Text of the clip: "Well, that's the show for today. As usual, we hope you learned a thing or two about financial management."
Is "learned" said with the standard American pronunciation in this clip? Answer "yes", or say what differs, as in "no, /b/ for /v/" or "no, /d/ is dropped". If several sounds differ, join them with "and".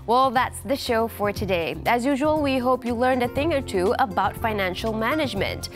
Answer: yes